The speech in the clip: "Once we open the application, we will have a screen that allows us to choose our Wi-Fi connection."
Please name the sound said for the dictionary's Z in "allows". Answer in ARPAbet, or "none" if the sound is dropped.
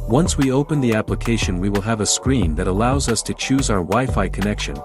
Z